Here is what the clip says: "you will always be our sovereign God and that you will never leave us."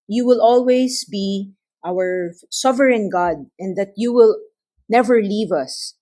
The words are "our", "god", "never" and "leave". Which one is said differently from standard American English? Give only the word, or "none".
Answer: none